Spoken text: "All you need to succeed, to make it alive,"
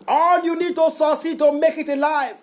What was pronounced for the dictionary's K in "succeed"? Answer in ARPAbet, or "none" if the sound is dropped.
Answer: none